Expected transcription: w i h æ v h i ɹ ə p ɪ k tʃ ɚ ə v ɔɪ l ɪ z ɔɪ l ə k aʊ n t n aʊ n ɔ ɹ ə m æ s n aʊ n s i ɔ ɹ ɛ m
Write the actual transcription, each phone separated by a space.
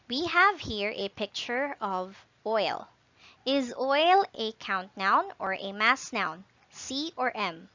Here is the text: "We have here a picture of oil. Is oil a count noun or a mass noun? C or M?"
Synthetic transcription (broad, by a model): w i h æ v h i ɹ ə p ɪ k tʃ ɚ ə v ɔɪ l ɪ z ɔɪ l ə k aʊ n t n aʊ n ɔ ɹ ə m æ s n aʊ n s i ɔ ɹ ɛ m